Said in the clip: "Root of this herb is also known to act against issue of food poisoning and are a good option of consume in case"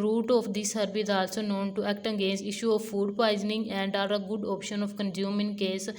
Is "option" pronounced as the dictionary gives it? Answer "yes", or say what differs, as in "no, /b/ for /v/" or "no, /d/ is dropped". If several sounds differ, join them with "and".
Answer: yes